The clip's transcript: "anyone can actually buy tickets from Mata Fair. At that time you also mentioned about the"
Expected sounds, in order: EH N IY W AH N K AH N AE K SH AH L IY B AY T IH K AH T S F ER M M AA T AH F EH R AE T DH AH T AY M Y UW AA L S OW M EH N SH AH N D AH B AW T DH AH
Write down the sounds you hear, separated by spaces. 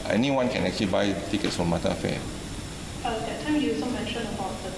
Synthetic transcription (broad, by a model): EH N IY W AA N K AH N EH K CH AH L IY B AY T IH K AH T S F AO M M AA T AH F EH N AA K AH T AY M Y UW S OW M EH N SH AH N AH B AW T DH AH